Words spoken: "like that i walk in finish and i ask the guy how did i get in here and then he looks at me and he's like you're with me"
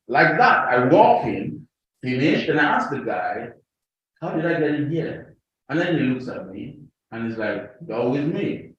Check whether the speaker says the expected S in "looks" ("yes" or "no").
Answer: yes